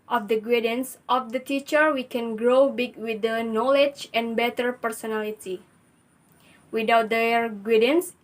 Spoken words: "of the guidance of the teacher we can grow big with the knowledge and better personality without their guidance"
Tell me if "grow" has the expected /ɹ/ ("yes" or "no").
yes